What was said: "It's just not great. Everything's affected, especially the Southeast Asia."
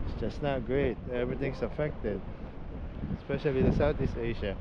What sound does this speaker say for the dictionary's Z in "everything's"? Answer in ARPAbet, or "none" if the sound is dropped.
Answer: S